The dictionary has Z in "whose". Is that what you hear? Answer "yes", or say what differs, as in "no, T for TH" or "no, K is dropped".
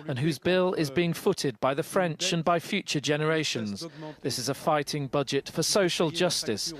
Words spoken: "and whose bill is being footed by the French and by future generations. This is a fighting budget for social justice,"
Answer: yes